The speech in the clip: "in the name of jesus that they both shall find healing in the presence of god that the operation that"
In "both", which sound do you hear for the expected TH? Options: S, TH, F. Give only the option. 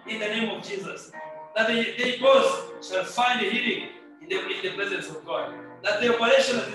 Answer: S